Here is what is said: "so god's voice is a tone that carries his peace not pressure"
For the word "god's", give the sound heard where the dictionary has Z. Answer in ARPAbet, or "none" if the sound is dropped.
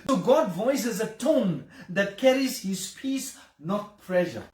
none